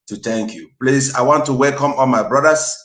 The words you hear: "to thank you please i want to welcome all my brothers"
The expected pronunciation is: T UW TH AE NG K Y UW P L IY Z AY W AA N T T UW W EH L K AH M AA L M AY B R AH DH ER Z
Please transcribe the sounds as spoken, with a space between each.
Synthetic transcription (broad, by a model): T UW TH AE NG K Y UW P L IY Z AY W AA N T T UW W EH L K AH M AA L M AY B R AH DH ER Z